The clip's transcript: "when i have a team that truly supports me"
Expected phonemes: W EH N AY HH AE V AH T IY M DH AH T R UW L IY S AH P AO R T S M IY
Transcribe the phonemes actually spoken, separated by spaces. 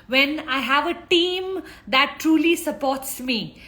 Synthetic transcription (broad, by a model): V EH N AY HH AE V AH T IY M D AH T R UW L IY S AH P AO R T S M IY